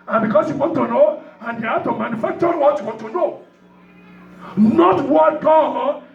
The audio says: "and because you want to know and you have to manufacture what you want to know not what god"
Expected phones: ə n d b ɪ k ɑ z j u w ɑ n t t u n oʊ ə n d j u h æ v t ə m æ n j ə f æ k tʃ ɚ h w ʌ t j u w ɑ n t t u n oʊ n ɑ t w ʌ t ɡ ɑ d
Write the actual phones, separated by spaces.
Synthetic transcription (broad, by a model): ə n b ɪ k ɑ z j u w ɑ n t t u n oʊ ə n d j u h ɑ t ə m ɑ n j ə f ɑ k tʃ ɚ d w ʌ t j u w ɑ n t t u n oʊ n ɑ t w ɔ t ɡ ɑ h